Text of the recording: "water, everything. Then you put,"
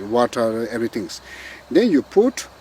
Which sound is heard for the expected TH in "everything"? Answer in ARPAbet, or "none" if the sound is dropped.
T